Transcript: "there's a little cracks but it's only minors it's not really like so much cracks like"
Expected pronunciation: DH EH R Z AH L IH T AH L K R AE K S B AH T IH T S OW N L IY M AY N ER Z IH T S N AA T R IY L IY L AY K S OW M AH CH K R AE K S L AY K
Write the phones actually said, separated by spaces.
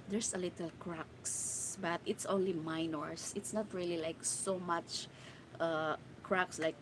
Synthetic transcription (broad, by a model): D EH R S AH L IH T AH L K R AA K S B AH T IH T S OW N L IY M AY N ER S IH T S N AA T R IY L IY L AY K S OW M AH CH K R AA K S L AY K